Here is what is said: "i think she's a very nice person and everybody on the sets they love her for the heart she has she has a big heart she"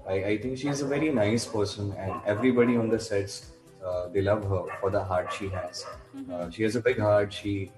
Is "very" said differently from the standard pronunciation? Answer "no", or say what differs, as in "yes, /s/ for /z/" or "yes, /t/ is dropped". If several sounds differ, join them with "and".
no